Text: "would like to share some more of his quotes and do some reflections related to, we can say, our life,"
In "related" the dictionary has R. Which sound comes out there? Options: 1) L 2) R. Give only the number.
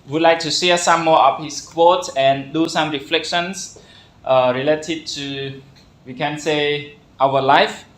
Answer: 2